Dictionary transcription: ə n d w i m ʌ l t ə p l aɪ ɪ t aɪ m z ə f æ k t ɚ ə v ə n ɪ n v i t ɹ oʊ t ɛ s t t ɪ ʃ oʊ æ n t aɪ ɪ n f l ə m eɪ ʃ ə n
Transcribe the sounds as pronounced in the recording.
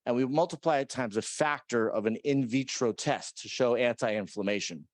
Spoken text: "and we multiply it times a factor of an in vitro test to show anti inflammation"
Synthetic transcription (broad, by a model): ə n w i m ʌ l t ə p l aɪ ɪ t aɪ m z ə f æ k t ɚ ə v ə n ɪ n v i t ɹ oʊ t ɛ s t t ɪ ʃ oʊ æ n t aɪ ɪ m f l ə m eɪ ʃ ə n